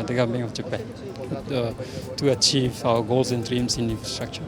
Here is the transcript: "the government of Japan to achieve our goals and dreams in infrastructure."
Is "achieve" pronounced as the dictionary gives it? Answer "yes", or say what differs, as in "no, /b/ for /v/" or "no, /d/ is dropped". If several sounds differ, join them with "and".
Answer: yes